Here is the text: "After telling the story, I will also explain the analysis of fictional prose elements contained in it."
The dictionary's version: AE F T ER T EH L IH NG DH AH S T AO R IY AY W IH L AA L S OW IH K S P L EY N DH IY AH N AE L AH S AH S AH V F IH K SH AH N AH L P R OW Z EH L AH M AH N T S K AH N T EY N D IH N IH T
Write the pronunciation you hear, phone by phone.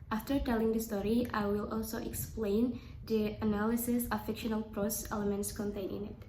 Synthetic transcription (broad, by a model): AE F T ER T EH L IH NG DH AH S T AO R IY AY W IH L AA L S OW IH K S P L EY N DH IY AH N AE L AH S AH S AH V F IH K SH AH N AH L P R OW S EH L AH M AH N T S K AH N T EY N IH N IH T